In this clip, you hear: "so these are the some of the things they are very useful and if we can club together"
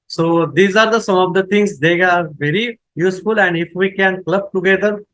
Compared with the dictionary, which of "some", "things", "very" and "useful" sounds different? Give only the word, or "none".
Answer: things